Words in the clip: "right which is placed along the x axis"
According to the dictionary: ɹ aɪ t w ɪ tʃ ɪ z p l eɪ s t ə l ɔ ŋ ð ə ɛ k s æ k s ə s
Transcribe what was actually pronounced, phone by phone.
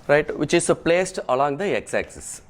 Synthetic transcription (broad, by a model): ɹ aɪ t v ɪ tʃ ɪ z p l eɪ s t ə l ɔ ŋ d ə ɛ k s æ k s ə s